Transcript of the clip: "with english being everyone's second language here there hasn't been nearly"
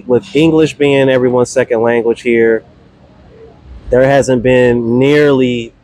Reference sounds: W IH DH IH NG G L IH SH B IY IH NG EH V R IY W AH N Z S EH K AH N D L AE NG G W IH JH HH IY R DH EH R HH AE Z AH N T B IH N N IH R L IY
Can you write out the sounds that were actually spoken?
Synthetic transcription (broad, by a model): W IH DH IH NG G L IH SH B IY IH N EH V R IY W AH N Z S EH K AH N D L AE NG G W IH ZH HH IY R DH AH R HH AE Z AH N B IH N N IH R L IY